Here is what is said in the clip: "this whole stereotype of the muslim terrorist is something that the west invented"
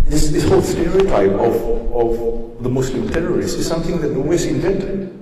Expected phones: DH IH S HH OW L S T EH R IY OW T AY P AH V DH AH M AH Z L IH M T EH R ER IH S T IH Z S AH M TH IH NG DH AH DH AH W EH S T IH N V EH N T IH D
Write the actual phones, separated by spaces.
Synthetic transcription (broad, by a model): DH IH S HH OW L S T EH R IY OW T AY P AH V DH AH M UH S L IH M T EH R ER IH S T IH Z S AH M TH IH NG DH AH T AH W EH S IH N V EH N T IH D